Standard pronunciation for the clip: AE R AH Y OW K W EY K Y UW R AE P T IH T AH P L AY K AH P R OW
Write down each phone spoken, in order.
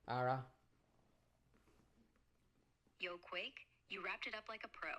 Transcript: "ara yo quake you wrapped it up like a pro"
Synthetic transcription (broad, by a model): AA R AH Y OW K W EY K Y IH R AE P T IH T AH P L AY K AH P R OW